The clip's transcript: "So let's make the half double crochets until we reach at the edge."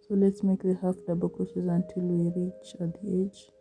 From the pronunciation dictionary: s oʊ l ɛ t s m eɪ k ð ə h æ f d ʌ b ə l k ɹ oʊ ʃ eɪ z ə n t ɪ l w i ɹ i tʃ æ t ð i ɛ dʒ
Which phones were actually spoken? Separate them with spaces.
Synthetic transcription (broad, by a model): s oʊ l ɛ t s m eɪ k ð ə h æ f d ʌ b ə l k oʊ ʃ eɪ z ə n t ɪ l w i ɹ i tʃ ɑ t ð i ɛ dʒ